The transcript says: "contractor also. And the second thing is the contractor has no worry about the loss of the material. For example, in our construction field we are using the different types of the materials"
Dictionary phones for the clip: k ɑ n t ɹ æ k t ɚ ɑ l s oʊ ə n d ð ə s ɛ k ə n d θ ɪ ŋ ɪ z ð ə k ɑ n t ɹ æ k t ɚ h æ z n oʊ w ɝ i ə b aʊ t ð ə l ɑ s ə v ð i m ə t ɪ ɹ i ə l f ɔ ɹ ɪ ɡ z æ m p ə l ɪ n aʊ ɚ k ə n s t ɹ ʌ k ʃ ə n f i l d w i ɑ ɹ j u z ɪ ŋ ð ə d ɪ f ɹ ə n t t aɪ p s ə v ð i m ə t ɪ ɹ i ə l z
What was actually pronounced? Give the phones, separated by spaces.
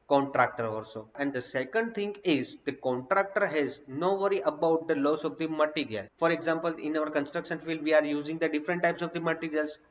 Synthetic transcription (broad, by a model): k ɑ n t ɹ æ k t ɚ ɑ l s oʊ ə n d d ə s ɛ k ə n d t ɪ ŋ ɪ z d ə k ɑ n t ɹ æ k t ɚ h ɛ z n oʊ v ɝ i ə b aʊ t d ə l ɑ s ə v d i m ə t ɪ ɹ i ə l f ɔ ɹ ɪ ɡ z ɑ m p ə l ɪ n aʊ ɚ k ə n s t ɹ ʌ k ʃ ə n f i l d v i ɑ ɹ j u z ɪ ŋ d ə d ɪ f ɹ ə n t t aɪ p s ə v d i m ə t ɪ ɹ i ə l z